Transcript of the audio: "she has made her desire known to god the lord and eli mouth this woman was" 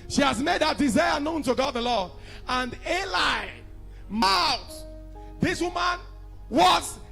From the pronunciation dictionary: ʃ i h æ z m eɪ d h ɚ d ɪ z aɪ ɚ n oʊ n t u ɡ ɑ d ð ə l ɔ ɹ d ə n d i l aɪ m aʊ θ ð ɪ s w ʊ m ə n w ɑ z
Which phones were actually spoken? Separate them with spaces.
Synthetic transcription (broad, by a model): ʃ i h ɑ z m eɪ d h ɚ d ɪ z aɪ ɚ n oʊ n t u ɡ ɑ ð ə l ɔ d ə n d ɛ l aɪ m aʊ t ð ɪ s w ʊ m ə n w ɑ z